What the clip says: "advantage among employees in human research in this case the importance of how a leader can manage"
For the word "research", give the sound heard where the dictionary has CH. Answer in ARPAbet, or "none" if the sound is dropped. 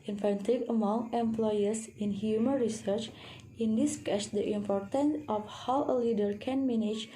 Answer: CH